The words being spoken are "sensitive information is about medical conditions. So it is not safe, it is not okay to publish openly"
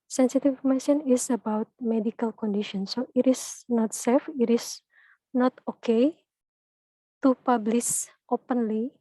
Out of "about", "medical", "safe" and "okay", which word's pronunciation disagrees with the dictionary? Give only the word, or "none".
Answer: none